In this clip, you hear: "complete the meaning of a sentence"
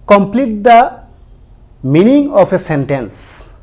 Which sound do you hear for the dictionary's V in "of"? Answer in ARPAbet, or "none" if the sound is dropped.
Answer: P